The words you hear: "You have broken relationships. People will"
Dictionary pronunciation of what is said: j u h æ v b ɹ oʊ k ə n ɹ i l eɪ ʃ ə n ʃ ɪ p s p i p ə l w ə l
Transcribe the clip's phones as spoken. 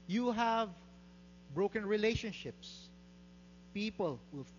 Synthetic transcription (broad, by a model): j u h æ v b ɹ oʊ k ə n ɹ i l eɪ ʃ ə n ʃ ɪ p s p i p ə l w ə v